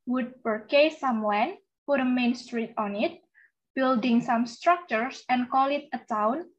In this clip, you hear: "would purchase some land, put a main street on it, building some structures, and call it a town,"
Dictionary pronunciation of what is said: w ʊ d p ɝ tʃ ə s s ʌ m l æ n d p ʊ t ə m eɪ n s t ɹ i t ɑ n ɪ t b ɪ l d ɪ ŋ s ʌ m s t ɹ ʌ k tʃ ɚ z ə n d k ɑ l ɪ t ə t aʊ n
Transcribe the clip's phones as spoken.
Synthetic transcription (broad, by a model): w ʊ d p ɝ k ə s s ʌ m w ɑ n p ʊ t ə m eɪ n s t ɹ i t ɑ n ɪ t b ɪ l d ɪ ŋ s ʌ m s t ɹ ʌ k tʃ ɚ s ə n k ɑ l ɪ t ə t aʊ n